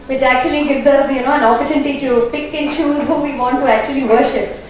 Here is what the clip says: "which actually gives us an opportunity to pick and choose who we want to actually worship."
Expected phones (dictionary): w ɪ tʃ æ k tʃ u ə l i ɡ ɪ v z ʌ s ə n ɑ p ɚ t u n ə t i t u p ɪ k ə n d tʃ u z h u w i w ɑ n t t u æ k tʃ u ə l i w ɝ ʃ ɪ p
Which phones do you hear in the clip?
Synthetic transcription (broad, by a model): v ɪ tʃ æ k tʃ u ə l i ɡ ɪ v z ʌ s ə n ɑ p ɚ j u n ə t i t u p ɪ k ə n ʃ u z h u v i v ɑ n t t u æ k tʃ u ə l i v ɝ ʃ ɪ p